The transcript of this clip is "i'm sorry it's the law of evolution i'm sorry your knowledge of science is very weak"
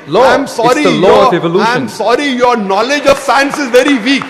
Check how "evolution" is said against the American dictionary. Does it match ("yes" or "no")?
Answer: no